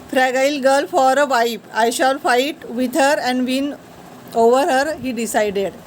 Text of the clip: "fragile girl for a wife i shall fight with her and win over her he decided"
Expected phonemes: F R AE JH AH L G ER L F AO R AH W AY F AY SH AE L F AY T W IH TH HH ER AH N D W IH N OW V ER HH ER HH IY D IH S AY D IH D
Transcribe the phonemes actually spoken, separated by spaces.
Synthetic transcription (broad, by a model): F R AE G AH L G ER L F AO R AH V AY P AY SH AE L F AY T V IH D HH ER AH N D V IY N OW V ER HH ER HH IY D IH S AY D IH D